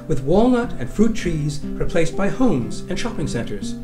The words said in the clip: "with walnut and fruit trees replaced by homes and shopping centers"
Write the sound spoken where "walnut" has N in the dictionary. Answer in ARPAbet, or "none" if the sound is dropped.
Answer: N